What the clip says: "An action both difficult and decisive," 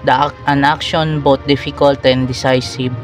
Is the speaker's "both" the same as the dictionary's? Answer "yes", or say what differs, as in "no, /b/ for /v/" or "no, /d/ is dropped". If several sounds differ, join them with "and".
no, /t/ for /θ/